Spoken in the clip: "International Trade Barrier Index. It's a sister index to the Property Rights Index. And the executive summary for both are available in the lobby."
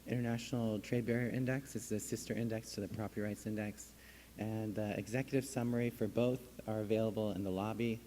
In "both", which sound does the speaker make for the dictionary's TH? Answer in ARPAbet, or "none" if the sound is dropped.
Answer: TH